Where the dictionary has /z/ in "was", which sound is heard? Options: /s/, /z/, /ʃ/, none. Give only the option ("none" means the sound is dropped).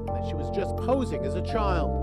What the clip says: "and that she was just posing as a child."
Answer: /z/